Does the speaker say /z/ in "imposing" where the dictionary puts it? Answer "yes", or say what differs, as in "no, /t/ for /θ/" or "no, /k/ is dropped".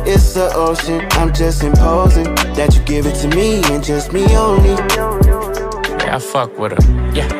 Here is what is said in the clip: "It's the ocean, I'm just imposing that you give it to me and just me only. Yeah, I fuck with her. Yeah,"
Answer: yes